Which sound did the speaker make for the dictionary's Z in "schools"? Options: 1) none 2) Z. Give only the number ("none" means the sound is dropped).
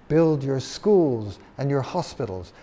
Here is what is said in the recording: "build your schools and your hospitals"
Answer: 2